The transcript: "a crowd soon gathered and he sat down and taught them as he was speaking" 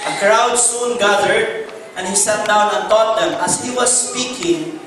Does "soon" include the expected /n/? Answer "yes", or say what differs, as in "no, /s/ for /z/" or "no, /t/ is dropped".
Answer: yes